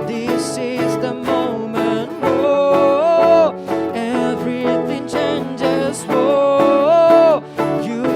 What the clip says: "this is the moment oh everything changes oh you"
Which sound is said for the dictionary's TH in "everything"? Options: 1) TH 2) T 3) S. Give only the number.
1